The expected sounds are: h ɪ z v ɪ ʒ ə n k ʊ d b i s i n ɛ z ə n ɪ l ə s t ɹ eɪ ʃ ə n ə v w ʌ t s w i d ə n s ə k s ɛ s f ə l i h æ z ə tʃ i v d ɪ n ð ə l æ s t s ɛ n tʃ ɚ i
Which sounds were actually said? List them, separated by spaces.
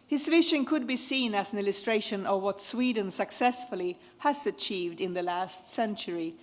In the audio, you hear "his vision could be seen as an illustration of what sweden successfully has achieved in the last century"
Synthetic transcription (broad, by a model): h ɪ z v ɪ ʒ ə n k ʊ d b i s i n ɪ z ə n ɪ l ə s t ɹ eɪ ʃ ə n ə v w ʌ t s w i d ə n s ə k s ɛ s f ə l i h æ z ə tʃ i v d ɪ n ð ə l æ s t s ɛ n tʃ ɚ i